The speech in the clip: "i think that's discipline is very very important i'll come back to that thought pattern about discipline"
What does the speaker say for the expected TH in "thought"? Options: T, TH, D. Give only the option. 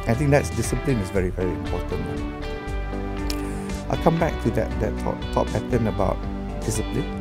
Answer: T